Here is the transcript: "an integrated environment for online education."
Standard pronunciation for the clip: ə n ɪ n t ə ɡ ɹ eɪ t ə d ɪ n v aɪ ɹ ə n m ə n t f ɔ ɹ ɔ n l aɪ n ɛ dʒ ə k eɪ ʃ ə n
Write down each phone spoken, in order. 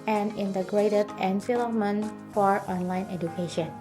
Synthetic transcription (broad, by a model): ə n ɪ n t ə ɡ ɹ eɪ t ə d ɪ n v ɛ l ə m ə n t f ɔ ɹ ɔ n l aɪ n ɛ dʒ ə k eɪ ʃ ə n